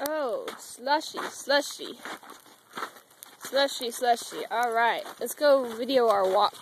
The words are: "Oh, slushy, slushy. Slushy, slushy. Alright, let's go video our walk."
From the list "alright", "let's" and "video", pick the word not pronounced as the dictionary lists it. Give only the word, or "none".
none